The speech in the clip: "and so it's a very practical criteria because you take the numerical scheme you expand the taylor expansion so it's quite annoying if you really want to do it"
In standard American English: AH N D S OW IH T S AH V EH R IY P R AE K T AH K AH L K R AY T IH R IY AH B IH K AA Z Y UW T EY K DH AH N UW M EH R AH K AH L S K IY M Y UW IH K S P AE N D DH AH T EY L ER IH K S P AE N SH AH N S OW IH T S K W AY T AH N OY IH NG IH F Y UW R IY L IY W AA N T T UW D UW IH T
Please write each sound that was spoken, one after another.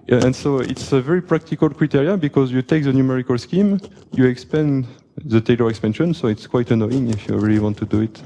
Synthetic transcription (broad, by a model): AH N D S OW IH T S AH V EH R IY P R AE K T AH K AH L K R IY T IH R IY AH B IH K AA Z Y UW T EY K DH AH N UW M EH R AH K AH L S K IY M Y UW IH K S P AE N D DH AH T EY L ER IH K S P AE N SH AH N S OW IH T S K W AY T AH N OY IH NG IH F Y UW R IY L IY W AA N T T UW D UW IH T